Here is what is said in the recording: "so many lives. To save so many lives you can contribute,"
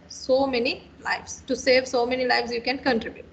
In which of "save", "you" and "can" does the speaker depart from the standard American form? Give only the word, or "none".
none